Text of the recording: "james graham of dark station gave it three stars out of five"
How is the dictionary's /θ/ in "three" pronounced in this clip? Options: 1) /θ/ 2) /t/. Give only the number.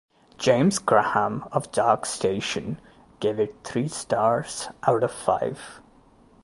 2